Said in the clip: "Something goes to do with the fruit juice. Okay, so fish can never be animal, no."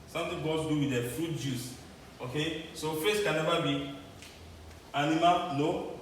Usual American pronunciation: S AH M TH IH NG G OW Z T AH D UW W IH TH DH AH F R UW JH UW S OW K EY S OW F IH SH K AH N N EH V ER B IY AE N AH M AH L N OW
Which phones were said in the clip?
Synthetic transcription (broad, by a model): S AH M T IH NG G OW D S D UW W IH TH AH F R UW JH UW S OW K EY S OW F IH S K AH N N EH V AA B IY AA N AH M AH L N OW